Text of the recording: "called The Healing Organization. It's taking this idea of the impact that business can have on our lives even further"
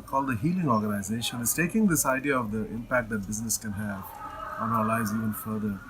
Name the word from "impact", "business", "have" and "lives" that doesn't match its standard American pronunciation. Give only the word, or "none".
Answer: lives